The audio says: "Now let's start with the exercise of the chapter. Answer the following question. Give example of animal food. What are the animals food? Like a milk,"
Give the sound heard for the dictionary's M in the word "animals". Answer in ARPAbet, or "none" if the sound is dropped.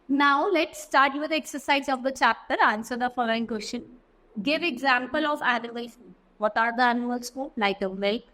none